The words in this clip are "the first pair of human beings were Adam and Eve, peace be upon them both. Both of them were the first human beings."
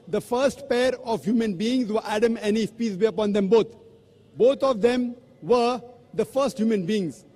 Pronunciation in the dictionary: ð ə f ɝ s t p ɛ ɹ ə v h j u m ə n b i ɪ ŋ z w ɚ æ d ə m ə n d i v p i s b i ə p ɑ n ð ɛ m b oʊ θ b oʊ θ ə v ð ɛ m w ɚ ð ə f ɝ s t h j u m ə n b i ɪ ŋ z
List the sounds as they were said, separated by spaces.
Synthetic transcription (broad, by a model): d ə f ɝ s t p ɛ ɹ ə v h j u m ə n b i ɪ ŋ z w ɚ æ d ə m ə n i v p i s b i ə p ɑ n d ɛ m b oʊ t b oʊ t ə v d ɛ m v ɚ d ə f ɝ s t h j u m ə n b i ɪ ŋ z